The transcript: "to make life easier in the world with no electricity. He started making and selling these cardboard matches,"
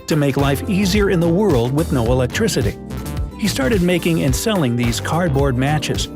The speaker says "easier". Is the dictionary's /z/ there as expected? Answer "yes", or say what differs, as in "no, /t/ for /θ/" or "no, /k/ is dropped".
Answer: yes